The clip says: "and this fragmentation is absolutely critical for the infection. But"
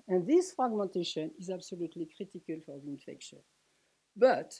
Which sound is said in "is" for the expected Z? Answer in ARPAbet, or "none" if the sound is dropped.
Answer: Z